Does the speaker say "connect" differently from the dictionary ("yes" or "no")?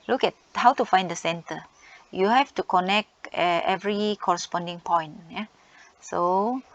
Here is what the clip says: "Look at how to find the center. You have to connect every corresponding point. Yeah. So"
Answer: no